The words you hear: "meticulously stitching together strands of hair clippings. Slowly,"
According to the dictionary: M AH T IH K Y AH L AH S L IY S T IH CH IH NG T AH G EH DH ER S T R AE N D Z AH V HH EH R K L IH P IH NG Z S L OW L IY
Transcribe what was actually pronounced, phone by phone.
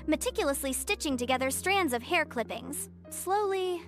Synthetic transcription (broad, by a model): M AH T IH K Y L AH S L IY S T IH CH IH NG T AH G EH DH ER S T R AE N D Z AH V HH EH R K L IH P IH NG Z S L OW L IY